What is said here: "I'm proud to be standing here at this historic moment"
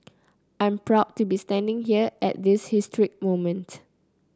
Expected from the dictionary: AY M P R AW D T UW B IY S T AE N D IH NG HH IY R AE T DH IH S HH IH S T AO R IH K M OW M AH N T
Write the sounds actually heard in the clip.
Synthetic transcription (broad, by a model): AY M P R AW D T UW B IY S T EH N D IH NG HH IY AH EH T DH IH S HH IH S T R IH K M OW M AH N T